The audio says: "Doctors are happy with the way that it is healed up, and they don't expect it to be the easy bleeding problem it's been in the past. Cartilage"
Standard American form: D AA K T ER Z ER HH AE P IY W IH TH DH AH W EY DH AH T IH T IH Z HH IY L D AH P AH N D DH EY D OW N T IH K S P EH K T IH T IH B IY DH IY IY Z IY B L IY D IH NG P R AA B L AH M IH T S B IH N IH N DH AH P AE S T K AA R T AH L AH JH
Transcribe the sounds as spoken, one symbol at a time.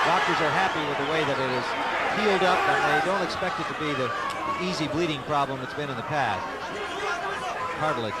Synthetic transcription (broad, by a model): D AA K T ER Z ER HH AE P IY W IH DH AH W EY DH AH T IH T IH Z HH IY L D AH P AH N DH EY D OW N T IH K S P EH K T IH T IH B IY DH IY IY Z IY B L IY D IH NG P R AA B L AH M IH T S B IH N IH N DH AH P AE S T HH AA R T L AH